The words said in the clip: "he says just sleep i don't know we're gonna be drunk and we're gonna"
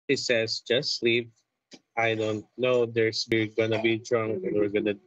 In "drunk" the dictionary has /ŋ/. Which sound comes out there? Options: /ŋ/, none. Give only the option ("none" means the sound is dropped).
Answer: /ŋ/